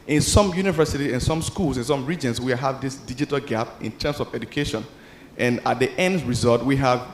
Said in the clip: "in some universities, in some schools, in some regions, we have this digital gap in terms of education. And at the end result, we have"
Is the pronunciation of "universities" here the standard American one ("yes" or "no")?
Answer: no